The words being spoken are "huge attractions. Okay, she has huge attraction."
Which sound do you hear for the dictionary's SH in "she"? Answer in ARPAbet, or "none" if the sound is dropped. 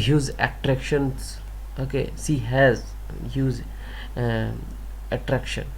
S